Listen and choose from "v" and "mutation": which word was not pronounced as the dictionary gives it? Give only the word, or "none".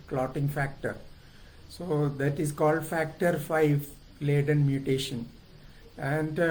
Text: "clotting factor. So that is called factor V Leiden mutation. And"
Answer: v